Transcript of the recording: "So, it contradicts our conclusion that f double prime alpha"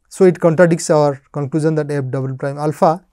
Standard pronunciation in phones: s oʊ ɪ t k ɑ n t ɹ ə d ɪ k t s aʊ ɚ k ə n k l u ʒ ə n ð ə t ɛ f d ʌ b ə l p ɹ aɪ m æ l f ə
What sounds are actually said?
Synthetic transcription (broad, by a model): s oʊ ɪ t k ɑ n t ɹ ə d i k s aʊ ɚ k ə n k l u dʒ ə n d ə t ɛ p d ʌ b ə l p ɹ aɪ m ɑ l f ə